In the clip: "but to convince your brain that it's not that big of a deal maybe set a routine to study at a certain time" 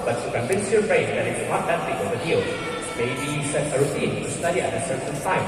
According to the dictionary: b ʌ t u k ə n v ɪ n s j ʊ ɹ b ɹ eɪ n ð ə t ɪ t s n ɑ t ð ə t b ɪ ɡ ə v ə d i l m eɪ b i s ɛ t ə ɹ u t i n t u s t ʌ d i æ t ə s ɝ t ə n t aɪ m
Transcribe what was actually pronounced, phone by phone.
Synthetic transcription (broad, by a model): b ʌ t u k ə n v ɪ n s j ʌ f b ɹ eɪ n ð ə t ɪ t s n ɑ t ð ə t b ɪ ə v ə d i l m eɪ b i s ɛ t ə ɹ u t i n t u s t ʌ d i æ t ə s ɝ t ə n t aɪ